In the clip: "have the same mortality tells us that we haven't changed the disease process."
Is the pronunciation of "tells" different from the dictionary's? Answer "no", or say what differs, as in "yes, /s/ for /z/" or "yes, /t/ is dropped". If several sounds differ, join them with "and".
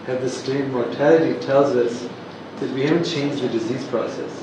no